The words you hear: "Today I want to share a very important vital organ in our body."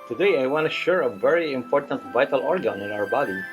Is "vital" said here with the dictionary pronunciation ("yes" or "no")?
yes